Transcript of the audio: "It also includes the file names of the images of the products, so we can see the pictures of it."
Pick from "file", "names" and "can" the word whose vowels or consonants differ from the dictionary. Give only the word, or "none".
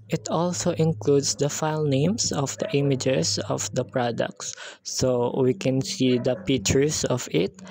names